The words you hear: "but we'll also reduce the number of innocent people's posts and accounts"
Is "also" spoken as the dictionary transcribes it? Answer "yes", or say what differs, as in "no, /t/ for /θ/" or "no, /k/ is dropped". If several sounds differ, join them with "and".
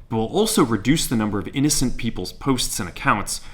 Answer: yes